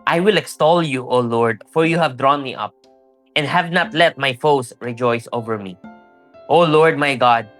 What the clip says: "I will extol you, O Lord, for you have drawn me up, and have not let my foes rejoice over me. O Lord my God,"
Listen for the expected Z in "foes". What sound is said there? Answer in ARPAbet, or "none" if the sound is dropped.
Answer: S